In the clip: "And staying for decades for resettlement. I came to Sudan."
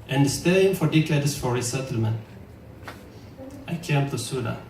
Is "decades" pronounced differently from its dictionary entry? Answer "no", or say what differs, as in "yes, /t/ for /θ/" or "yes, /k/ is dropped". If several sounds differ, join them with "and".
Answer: yes, /s/ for /z/